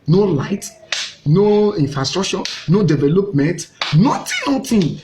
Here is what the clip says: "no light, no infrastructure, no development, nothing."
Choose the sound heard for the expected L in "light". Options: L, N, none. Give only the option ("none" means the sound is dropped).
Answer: L